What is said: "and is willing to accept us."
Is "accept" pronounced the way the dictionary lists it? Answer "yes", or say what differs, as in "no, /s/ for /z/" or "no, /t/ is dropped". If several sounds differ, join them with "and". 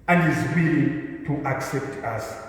yes